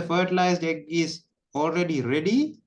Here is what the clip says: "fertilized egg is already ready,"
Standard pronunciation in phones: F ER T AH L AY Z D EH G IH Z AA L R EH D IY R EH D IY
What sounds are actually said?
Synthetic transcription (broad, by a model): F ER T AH L AY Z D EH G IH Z AA L R EH D IY R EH D IY